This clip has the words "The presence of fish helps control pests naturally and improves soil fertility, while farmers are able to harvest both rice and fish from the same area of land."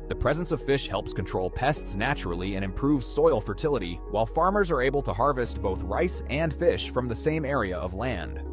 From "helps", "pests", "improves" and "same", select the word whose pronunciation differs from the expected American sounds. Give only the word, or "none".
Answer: none